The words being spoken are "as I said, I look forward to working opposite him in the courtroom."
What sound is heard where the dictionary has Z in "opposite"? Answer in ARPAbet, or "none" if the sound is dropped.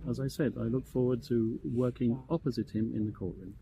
Z